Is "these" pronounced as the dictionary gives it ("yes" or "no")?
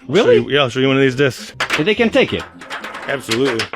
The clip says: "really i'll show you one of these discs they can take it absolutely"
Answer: yes